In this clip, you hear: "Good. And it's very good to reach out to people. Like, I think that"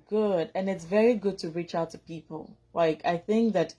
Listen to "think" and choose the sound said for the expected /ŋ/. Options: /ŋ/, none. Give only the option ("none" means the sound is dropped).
/ŋ/